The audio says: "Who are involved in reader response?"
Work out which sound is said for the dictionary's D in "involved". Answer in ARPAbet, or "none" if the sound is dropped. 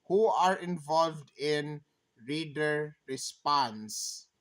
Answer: D